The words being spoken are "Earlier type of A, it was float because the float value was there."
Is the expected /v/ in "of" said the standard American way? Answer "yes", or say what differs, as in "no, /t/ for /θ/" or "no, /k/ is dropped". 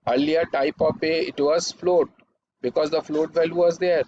no, /p/ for /v/